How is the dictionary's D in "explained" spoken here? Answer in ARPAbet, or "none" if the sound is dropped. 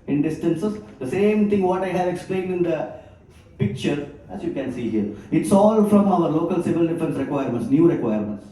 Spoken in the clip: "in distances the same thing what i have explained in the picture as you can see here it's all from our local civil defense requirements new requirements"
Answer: D